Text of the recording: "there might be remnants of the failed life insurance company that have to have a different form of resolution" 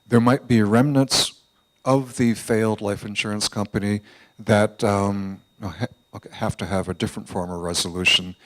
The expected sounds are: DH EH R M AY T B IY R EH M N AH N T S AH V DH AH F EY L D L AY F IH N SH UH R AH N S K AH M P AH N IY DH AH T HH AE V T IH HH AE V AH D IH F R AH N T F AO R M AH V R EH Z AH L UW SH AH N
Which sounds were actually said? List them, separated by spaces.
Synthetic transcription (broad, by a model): DH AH R M AY T B IY R EH M N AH N T S AH V DH AH F EY L D L AY F IH N SH UH R AH N S K AH M P AH N IY DH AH T HH AE F T IH V AH D IH F R AH N T F AO R M AH V R EH Z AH L UW SH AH N